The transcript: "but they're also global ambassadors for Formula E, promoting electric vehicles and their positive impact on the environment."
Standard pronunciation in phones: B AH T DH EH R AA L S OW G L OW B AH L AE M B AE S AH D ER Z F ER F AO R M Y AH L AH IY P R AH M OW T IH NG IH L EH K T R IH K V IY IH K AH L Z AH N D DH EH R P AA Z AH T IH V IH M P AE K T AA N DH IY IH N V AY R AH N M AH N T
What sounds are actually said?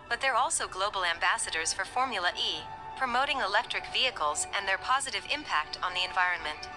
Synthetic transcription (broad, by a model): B AH T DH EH R AA L S OW G L OW B L AE M B AE S AH D ER Z F ER F AO R M Y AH L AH IY P R AH M OW T IH NG IH L EH K T R IH K V IY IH K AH L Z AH N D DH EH R P AA Z AH T IH V IH M P AE K T N DH IY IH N V AY R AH N M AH N T